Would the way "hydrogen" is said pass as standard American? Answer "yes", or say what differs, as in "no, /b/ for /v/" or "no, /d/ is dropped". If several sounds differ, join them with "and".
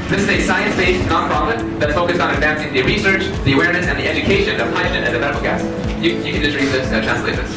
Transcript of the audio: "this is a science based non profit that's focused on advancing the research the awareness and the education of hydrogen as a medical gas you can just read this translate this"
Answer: no, /ʃ/ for /dʒ/